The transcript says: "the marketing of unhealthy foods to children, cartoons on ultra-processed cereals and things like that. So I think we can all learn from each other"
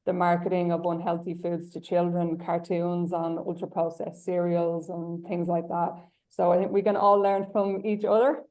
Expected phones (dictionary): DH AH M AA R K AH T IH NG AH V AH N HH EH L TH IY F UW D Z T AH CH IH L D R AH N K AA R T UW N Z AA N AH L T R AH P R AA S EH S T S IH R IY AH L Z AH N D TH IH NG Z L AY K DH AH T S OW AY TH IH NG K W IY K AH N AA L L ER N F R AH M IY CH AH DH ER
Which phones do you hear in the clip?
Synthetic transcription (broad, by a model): DH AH M AA R K AH T IH NG AH V AH N HH EH L TH IY F UW D Z T AH CH IH L D R AH N K AA R T UW N Z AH N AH L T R AH P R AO EH S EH S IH R IY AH L Z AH N TH IH NG Z L AY K DH AH T S OW AY TH IH NG K W IY K AH N AA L L ER N F R AH M IY CH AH DH ER